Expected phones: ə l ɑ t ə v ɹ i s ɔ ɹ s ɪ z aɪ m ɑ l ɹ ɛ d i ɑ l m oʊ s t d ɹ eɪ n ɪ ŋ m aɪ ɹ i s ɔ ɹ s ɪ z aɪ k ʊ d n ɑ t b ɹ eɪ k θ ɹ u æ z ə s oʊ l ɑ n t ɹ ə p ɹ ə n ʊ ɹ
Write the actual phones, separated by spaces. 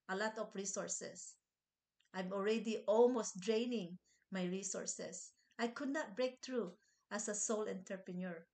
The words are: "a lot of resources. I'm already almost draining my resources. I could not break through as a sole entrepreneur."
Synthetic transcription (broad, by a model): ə l ɑ t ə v ɹ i s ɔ ɹ s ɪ s aɪ m ɑ l ɹ ɛ d i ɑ l m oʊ s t d ɹ eɪ n ɪ ŋ m aɪ ɹ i s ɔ ɹ s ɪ s aɪ k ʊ d n ɑ t b ɹ eɪ k t ɹ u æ s ə s oʊ l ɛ n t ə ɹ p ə n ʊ ɹ